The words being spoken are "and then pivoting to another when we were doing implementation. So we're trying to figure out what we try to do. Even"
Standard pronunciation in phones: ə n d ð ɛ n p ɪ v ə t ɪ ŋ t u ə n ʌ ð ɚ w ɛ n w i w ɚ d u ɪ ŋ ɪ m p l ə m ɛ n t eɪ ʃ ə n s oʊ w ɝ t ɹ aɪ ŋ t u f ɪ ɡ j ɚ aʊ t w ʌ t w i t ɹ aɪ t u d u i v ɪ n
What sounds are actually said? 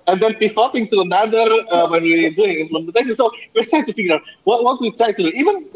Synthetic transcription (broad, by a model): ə n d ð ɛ n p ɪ f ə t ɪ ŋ t u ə n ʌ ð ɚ w ɛ n w i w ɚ d u ɪ ŋ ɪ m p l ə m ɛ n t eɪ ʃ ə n s oʊ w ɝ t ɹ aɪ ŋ t u f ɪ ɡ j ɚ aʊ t w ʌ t w i t ɹ aɪ t u d u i v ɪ n